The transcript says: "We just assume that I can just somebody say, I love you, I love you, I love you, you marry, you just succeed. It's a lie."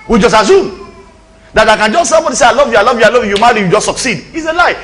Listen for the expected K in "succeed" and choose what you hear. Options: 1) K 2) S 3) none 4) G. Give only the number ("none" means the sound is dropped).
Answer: 1